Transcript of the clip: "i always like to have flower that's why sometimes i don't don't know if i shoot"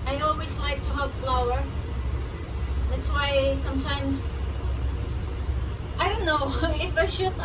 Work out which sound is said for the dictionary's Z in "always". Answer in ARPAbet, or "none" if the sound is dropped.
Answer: Z